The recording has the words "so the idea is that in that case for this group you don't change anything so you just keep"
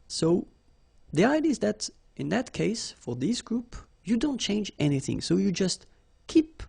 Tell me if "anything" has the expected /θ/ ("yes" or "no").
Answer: yes